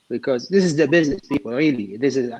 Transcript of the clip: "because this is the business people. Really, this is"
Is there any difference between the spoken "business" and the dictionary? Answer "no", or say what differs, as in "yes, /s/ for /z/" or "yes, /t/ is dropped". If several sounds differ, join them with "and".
no